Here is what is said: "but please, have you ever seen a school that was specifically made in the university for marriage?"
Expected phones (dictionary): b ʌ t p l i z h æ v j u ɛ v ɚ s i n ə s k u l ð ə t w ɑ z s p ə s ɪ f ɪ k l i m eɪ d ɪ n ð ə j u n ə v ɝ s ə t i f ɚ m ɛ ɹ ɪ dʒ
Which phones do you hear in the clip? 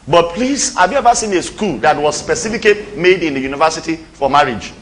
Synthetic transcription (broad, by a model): b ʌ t p l i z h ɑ v j u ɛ v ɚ s i n ə s k u l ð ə t w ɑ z s p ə s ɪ f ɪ k i m eɪ d ɪ n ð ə j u n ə v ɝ s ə t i f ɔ m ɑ ɹ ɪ dʒ